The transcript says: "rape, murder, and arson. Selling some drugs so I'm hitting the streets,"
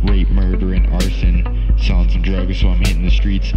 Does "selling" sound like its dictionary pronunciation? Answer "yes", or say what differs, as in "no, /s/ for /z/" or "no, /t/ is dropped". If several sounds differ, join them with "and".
no, /l/ is dropped